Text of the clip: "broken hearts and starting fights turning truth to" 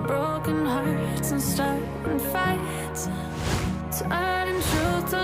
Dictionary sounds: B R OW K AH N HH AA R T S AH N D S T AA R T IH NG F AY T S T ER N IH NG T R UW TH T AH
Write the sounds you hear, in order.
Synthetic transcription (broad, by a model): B R OW K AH N HH AA R T S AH N S T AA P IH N F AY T T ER IH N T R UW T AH